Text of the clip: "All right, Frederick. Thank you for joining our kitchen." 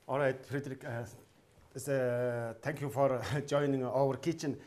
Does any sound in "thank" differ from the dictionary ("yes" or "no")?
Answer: yes